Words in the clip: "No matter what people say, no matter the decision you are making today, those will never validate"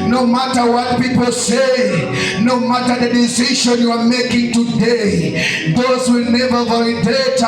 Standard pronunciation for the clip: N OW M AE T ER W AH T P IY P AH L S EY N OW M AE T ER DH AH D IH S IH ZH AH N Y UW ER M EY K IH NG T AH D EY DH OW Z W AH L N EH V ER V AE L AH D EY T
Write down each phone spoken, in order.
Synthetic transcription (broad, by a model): N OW M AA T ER W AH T P IY P AH L S EY N OW M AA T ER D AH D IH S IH SH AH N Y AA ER M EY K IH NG T AH D EY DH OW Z W AH L N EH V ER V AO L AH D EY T